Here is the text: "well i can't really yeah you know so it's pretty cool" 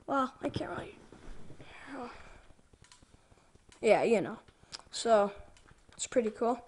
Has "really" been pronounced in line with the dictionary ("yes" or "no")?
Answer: no